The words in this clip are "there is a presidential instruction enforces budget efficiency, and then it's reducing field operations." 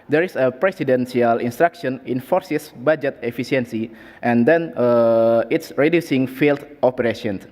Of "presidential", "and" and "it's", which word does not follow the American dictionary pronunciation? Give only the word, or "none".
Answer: presidential